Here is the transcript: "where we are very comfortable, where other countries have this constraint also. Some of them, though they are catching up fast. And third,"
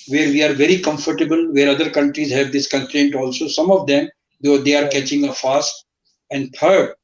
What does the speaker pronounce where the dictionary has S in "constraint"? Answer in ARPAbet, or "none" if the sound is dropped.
none